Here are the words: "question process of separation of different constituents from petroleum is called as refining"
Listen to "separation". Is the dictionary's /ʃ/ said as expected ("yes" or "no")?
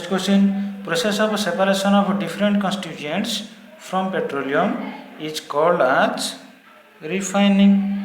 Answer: no